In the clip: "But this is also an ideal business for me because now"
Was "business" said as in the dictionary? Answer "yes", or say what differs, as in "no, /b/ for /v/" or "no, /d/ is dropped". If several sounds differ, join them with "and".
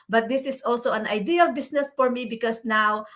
no, /s/ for /z/